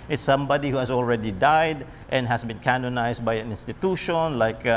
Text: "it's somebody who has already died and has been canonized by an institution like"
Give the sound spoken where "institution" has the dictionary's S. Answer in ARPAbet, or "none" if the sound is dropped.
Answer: S